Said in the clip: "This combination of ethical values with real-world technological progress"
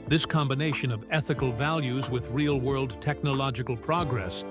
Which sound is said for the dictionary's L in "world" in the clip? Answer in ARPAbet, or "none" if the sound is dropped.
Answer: L